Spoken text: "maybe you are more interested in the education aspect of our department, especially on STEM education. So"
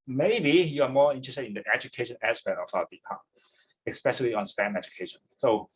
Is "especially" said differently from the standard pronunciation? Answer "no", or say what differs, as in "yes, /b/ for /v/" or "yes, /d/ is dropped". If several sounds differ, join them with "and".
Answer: yes, /p/ is dropped